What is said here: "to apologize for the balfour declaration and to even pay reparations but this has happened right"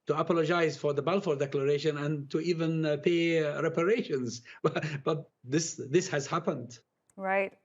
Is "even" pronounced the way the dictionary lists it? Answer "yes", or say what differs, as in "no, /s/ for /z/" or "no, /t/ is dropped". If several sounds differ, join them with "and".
yes